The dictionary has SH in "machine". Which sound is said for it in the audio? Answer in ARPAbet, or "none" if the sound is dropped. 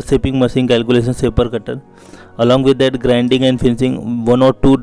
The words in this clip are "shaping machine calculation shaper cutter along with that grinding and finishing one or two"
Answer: S